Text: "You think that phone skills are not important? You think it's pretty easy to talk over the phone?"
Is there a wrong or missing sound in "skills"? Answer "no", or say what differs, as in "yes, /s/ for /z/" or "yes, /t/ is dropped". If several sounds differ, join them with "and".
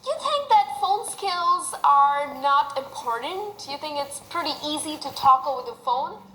no